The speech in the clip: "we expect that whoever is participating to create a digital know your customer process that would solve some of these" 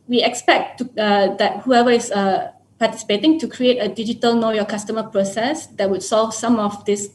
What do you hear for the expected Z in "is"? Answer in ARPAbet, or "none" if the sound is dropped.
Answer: S